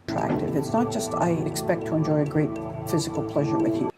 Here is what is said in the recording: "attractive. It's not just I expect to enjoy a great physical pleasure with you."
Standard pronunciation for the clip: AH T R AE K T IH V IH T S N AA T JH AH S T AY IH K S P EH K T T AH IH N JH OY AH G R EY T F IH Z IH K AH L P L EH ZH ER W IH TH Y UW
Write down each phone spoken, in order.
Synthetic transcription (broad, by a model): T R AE K T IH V IH T S N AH T JH AH S T AY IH K S P EH K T T AH IH N JH OY AH G R EY T F IH Z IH K L P L EH ZH ER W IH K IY